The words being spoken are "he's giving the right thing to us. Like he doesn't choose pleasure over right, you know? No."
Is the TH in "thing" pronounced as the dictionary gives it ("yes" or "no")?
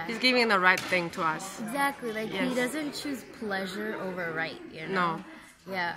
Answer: yes